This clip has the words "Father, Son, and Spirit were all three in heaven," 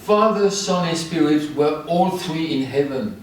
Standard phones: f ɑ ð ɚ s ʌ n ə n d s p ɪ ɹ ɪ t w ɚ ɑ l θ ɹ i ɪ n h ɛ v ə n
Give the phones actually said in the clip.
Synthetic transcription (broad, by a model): f ɑ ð ɚ s ʌ n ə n s p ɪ ɹ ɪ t w ɚ ɑ l θ ɹ i ɪ n h ɛ v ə n